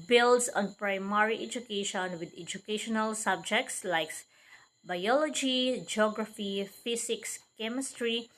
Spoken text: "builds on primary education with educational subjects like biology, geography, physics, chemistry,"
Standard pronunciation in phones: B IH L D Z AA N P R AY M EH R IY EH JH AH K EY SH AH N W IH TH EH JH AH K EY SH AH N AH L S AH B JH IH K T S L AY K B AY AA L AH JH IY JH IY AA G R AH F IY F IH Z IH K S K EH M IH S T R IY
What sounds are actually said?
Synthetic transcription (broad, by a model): B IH L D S AA N P R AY M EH R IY EH JH AH K EY SH AH N W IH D EH JH AH K EY SH AH N AH L S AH B JH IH K T S L AY K B AY AA L AH JH IY JH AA G R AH F IY F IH S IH K S K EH M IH S T R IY